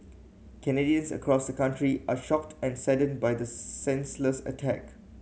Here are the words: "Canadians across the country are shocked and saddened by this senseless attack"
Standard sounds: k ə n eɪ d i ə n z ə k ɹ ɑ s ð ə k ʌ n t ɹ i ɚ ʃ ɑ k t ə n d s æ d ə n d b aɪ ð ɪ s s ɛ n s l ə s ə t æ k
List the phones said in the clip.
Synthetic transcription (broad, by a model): k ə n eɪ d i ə n s ə k ɹ ɑ s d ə k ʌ n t ɹ i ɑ ʃ ɑ k t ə n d s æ d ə n b aɪ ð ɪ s s ɛ n s l ə s ə t æ k